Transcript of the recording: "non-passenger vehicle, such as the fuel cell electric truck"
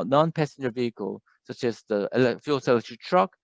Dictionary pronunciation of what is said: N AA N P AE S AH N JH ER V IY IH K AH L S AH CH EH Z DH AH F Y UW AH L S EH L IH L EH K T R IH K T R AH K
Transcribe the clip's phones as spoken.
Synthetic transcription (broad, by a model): N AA N P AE S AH N JH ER V IY IH K AH L S AH CH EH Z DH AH F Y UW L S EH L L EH T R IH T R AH K